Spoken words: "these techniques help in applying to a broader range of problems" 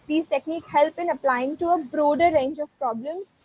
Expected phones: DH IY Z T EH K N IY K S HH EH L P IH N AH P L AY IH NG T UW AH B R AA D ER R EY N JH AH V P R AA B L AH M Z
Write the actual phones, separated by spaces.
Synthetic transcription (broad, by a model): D IY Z T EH K N IY K HH EH L P IH N AH P L AY IH NG T UW AH B R AA D ER R EY N JH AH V P R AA B L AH M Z